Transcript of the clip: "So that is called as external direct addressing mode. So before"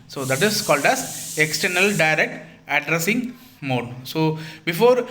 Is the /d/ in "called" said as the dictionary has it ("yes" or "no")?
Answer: yes